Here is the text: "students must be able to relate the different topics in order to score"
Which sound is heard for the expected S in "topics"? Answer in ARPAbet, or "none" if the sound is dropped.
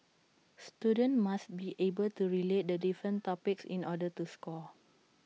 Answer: S